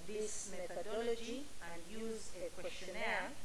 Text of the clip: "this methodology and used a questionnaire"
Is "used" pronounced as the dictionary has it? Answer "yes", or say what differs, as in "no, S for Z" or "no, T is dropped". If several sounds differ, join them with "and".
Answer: no, D is dropped